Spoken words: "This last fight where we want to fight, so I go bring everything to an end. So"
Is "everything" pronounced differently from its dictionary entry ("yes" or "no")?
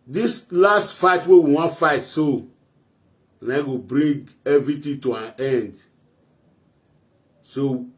yes